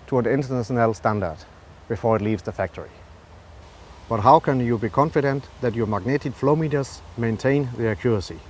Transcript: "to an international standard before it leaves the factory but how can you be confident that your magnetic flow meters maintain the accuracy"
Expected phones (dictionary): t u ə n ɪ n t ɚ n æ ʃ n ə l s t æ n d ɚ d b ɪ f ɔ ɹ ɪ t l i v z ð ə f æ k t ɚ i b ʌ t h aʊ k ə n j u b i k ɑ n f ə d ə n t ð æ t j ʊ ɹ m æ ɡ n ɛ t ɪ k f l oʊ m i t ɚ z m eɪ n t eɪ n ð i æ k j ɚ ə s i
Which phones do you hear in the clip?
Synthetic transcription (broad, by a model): t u ə n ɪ n t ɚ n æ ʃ n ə l s t æ n d ɚ d b ɪ f ɔ ɹ ɪ t l i v z ð ə f æ k t ɚ i b ʌ t h aʊ k ə n j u b i k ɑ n f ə d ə n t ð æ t j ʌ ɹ m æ ɡ n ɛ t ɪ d f l oʊ m i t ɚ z m eɪ n t eɪ n ð i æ k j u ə s i